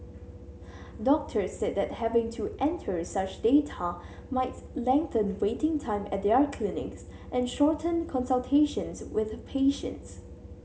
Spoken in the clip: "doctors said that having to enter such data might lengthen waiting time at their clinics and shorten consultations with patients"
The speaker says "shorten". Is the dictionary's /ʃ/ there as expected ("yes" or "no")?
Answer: yes